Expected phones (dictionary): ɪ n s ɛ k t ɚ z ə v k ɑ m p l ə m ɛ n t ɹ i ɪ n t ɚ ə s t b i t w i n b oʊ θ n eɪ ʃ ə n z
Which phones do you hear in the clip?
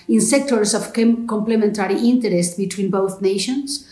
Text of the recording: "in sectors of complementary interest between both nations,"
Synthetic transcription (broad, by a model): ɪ n s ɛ k t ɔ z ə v k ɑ m p l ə m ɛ n t ɹ i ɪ n t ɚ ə s t b i t w i n b oʊ θ n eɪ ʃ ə n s